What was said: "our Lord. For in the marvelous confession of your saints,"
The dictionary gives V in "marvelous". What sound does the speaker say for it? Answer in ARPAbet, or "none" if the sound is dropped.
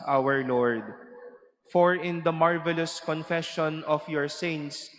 V